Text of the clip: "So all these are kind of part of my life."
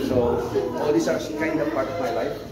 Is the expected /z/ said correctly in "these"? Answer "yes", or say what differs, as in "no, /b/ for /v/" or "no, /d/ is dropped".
no, /s/ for /z/